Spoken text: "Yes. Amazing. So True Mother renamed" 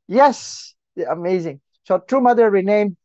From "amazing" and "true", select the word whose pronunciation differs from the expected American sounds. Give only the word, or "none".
none